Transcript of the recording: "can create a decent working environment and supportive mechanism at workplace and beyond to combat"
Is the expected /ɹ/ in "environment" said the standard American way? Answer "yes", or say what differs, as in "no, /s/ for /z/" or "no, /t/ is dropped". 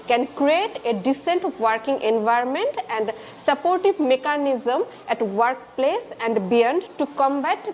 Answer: yes